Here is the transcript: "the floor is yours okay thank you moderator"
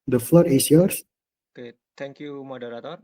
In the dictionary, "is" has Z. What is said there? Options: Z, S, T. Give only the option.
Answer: S